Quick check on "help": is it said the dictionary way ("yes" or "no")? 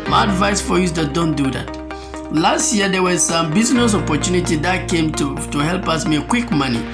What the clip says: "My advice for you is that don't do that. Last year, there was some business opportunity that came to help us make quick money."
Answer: yes